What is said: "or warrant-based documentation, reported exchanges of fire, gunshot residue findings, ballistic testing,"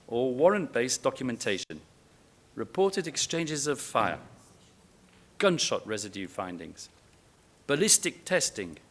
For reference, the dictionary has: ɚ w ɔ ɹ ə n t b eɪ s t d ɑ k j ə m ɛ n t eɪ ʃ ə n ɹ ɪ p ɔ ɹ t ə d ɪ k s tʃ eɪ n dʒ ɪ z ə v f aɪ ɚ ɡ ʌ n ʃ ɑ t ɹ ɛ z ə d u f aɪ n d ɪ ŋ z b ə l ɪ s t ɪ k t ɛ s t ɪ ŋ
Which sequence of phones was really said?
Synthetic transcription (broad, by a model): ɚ w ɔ ɹ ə n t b eɪ s d ɑ k j ə m ɛ n t eɪ ʃ ə n ɹ ɪ p ɔ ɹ t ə d ɪ k s tʃ eɪ n dʒ ɪ z ə v f aɪ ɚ ɡ ʌ n ʃ ɑ t ɹ ɛ z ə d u f aɪ n d ɪ ŋ z b ə l ɪ s t ɪ k t ɛ s t ɪ ŋ